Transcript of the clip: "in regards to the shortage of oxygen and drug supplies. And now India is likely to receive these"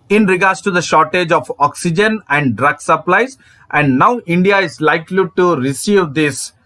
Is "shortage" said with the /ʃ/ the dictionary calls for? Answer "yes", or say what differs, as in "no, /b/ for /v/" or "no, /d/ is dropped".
yes